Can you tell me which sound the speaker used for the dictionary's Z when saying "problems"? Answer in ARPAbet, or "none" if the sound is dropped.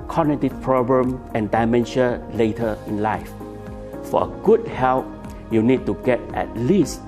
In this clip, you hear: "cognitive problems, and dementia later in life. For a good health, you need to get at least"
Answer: none